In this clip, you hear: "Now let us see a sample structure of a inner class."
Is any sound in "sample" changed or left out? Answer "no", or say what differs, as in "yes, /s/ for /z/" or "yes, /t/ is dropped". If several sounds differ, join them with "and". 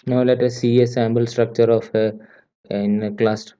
yes, /b/ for /p/